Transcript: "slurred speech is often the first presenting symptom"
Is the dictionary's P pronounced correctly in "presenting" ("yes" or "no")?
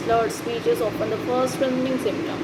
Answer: no